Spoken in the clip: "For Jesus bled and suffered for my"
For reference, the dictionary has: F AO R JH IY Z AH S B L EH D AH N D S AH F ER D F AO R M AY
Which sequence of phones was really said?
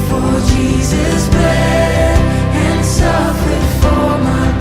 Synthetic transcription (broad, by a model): F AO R JH IY Z AH S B EH AH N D S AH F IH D F AO R M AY